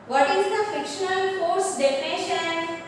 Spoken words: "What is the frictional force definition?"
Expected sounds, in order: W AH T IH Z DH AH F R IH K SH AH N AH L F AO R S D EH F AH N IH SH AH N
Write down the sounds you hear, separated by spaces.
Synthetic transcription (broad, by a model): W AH T IH Z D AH F IH K SH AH N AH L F AO R S D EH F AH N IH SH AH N